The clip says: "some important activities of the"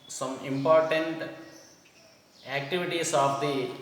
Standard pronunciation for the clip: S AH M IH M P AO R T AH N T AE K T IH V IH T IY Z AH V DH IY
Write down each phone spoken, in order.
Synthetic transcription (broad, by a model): S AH M IH M P AO R T AH N T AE K T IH V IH T IY S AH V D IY